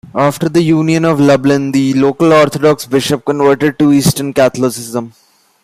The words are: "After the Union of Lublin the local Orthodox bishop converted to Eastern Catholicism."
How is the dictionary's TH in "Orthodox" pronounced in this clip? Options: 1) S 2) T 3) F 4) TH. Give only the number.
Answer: 2